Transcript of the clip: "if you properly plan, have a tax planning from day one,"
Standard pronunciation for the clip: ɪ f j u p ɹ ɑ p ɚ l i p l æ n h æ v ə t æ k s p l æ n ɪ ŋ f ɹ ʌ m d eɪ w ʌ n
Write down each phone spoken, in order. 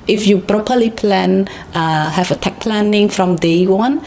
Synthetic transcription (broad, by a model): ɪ f j u p ɹ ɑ p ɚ l i p l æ n h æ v ə t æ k p l æ n ɪ ŋ f ɹ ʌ m d eɪ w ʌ n